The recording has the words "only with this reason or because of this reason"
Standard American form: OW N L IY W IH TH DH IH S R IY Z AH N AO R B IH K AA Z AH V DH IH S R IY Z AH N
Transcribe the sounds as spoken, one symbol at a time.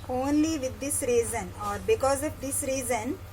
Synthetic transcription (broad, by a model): OW N L IY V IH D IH S R IY Z AH N AO R B IH K AA Z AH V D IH S R IY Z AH N